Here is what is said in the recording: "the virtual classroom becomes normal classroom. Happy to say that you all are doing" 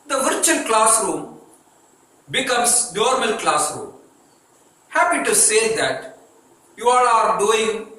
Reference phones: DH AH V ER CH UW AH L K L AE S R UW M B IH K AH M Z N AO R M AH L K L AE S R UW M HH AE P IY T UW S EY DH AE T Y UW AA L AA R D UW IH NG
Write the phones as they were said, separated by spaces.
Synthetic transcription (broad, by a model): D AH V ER CH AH N K L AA S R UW M B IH K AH M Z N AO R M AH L K L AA S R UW M HH AE P IY T UW S EY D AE T Y UW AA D AA R D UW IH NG